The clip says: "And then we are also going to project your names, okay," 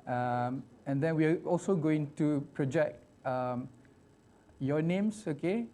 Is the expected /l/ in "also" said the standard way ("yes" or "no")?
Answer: yes